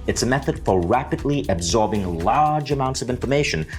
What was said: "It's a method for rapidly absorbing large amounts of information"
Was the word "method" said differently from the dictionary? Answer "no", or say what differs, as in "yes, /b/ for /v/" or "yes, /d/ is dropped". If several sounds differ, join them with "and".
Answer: no